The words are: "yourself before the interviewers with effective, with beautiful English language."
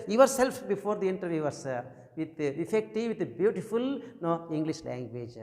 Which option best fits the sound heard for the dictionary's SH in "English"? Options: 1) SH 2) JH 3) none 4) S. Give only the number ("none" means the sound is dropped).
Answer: 1